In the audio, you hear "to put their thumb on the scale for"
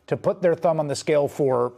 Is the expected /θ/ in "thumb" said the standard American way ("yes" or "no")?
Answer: yes